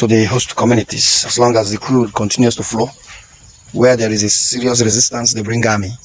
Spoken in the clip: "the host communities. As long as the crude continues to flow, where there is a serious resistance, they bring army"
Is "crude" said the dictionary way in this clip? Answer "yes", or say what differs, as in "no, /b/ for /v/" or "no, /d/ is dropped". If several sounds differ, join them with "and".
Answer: yes